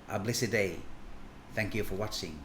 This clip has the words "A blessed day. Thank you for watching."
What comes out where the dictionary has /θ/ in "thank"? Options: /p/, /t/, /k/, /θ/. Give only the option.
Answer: /θ/